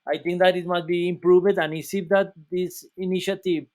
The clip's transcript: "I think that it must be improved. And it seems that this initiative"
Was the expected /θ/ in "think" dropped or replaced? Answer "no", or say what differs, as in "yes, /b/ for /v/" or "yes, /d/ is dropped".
yes, /t/ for /θ/